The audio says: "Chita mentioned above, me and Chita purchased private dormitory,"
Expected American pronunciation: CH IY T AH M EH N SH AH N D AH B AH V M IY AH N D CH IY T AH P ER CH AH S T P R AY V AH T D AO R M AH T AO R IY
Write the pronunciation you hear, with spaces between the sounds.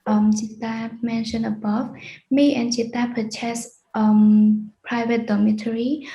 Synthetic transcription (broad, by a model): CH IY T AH M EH N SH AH N AH B AH V M IY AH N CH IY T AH P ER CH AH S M P R AY V AH T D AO M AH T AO R IY